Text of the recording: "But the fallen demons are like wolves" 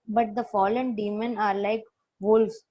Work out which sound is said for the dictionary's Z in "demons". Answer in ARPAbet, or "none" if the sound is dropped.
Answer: none